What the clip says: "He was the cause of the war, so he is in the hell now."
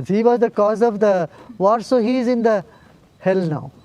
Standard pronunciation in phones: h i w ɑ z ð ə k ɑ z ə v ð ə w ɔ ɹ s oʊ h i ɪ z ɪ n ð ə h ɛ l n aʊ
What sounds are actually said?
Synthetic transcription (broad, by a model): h i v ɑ z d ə k ɑ z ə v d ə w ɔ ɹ s oʊ h i ɪ z ɪ n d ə h ɛ l n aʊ